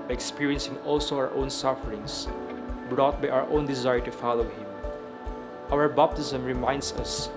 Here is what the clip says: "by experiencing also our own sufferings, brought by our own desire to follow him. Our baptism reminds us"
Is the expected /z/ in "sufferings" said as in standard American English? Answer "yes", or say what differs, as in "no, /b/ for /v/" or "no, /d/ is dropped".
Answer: no, /s/ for /z/